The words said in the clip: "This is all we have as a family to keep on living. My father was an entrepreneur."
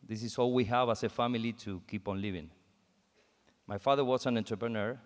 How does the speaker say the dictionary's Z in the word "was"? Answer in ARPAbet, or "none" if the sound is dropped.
S